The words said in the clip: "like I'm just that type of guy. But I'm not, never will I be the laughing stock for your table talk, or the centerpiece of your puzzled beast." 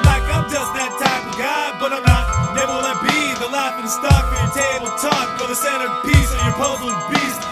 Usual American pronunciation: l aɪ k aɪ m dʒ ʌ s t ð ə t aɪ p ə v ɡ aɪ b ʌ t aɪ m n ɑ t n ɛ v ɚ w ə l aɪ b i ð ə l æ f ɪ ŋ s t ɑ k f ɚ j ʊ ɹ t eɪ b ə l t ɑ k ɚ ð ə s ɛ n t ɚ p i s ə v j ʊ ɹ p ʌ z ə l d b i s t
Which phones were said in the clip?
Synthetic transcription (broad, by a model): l aɪ k aɪ m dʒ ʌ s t ð ə t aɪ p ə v ɡ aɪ b ʌ t aɪ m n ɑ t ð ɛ ɚ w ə n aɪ b i ð ə l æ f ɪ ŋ s t ɑ k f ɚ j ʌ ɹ t eɪ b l t ɑ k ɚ ð ə s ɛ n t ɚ p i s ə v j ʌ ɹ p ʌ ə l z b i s